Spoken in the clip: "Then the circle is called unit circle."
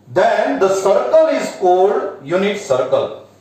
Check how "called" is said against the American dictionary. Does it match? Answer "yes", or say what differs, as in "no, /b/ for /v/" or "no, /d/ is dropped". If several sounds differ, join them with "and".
no, /l/ is dropped